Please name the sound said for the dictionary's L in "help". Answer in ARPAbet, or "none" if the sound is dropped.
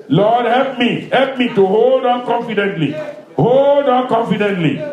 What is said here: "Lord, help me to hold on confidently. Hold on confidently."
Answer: L